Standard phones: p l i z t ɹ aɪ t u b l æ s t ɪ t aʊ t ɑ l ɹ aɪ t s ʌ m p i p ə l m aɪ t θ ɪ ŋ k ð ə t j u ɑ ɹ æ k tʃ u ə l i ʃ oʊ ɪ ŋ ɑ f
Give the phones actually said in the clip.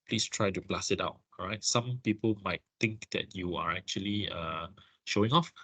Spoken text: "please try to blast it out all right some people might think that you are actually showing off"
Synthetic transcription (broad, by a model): p l i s t ɹ aɪ t u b l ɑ s ɪ t aʊ t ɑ ɹ aɪ t s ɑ m p i p ə l m aɪ t t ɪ ŋ k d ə t j u ɑ ɹ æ k tʃ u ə l i ʃ oʊ ɪ ŋ ɑ f